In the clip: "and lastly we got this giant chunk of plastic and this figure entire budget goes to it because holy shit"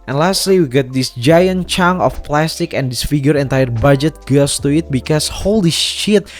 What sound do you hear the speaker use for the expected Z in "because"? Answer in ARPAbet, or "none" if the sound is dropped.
S